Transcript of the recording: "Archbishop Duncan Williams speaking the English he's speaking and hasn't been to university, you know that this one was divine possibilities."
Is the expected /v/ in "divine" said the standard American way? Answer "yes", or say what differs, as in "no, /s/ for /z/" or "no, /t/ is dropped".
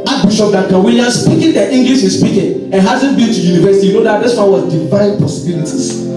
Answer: yes